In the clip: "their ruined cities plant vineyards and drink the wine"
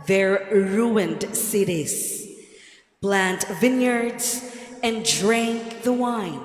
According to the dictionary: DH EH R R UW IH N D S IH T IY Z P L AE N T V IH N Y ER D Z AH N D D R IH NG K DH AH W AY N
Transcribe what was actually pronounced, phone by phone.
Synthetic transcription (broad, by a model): DH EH R R UW IH N D S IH T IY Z B L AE N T V IH N Y ER D Z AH N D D R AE NG K DH AH W AY N